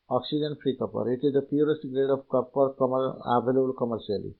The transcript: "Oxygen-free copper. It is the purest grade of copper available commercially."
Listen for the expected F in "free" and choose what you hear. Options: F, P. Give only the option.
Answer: P